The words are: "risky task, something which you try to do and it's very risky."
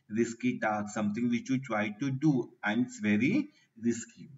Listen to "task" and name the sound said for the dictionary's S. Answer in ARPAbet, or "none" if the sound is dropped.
none